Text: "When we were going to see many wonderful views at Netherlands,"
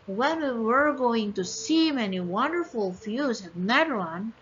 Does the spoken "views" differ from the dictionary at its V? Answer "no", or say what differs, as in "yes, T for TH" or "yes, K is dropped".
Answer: yes, F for V